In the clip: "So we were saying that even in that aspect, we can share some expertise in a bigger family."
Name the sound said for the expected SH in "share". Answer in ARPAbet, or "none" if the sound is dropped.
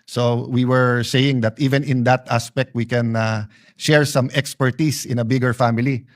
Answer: SH